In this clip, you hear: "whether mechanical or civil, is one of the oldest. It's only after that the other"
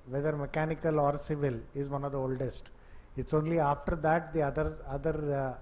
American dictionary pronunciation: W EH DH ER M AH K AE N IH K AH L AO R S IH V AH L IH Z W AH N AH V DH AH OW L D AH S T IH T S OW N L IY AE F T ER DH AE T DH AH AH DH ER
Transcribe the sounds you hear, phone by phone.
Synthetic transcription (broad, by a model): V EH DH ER M AH K AE N IH K AH L AO R S IH V AH L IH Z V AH N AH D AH OW L D AH S T IH T S OW N L IY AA F T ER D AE T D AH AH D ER